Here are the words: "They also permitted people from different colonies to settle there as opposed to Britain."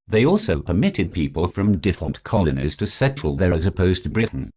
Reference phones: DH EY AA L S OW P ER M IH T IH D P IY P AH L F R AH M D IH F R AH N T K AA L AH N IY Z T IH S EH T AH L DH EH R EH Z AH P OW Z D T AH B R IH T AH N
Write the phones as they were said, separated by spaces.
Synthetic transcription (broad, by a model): DH EY AA L S OW P ER M IH T IH D P IY P AH L F R AH M D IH F AH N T K AA L AH N IY Z T IH S EH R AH L DH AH R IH Z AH P OW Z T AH B R IH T N